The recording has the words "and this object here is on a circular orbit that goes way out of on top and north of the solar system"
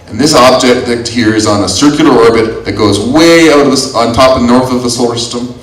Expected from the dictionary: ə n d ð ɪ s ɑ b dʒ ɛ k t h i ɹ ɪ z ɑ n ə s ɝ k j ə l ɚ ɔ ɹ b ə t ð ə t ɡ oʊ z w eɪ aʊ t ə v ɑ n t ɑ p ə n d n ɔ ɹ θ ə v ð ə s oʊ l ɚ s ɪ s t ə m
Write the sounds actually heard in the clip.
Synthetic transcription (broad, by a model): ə n ð ɪ s ɑ b dʒ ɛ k t h i ɹ ɪ z n ə s ɝ k j l ɚ ɔ ɹ b ə t ð ə t ɡ oʊ z w eɪ aʊ t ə v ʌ n t ɑ p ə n n ɔ ɹ θ ə v ð ə s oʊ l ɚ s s t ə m